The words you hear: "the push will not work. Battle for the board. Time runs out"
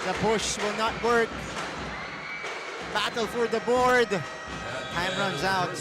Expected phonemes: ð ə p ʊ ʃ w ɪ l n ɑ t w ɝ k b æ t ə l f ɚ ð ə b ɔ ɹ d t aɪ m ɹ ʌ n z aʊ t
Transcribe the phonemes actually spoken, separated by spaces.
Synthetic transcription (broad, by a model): ð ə b ʊ ʃ w ɪ l n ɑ t w ɝ k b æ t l f ɚ ð ə b ɔ ɹ d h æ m ɹ ʌ n z aʊ t